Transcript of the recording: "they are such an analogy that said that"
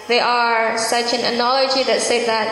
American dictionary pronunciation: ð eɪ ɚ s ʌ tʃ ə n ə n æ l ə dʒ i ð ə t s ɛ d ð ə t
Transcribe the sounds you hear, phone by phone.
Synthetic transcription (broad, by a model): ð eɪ ɚ s ʌ tʃ ə n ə n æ l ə dʒ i ð ə t s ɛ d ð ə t